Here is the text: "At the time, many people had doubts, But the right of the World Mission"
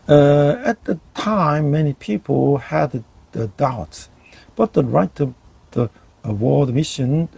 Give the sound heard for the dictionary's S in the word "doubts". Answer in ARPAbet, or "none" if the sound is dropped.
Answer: S